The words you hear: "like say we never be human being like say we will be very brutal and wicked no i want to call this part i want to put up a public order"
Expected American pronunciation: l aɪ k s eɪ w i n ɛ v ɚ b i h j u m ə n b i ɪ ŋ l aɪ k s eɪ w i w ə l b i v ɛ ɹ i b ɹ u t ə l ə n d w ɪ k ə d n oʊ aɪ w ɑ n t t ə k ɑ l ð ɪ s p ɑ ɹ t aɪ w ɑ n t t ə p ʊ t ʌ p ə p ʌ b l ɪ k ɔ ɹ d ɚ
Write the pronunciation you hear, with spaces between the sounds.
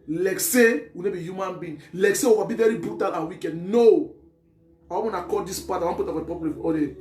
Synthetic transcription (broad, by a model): l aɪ k s eɪ w i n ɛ b i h j u m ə n b i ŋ l aɪ k s eɪ w i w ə b i v ɛ ɹ i b ɹ u t ə l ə w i k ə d n oʊ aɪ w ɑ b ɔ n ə k ɑ l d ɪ s p ɑ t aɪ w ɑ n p t ə f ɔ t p ə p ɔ l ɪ ɔ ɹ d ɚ